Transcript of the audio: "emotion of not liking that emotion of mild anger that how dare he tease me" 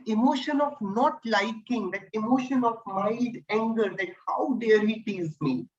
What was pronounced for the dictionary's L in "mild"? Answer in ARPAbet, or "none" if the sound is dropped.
none